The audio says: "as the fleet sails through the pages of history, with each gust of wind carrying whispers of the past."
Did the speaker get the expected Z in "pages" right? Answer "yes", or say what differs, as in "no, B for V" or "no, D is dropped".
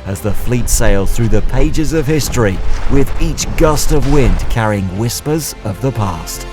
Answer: yes